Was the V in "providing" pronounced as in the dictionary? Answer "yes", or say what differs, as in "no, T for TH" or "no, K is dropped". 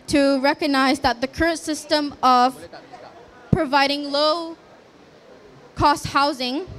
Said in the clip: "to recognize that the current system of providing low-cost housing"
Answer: yes